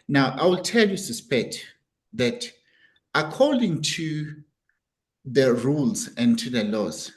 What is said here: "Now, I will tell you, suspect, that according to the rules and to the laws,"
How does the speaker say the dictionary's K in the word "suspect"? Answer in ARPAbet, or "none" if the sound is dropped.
K